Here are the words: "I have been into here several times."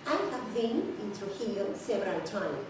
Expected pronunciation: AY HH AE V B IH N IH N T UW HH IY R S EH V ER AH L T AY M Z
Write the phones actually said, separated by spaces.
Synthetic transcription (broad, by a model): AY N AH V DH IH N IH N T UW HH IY L S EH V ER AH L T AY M